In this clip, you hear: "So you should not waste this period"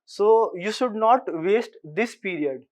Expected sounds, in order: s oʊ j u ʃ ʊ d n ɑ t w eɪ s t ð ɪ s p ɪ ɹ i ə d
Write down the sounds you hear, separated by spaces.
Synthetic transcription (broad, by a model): s oʊ j u ʃ ʊ d n ɑ t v eɪ s t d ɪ s p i ɹ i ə d